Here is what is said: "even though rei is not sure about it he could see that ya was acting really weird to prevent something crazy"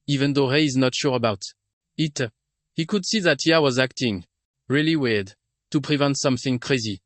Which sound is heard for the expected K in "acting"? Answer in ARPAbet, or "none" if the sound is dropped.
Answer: K